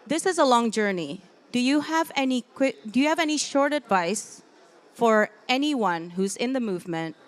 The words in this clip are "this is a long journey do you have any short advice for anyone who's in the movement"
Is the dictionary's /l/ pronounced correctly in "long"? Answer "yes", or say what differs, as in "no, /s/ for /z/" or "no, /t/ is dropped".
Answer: yes